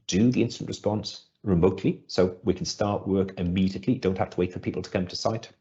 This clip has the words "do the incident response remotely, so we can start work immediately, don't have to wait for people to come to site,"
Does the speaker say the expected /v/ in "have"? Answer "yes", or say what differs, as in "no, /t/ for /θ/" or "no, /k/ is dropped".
no, /f/ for /v/